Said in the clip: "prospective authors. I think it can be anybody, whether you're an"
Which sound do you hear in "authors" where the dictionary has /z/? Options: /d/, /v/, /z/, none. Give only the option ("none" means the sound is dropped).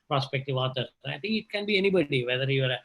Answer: none